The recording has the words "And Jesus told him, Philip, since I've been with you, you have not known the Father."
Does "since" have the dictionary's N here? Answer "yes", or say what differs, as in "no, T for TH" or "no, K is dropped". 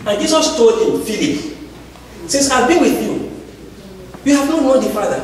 no, N is dropped